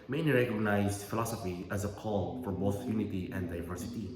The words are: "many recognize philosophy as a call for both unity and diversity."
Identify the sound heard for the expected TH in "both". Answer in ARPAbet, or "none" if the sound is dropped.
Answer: S